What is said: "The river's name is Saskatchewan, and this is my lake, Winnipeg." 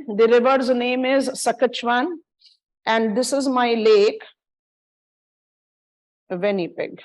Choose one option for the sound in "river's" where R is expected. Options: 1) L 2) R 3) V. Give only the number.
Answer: 2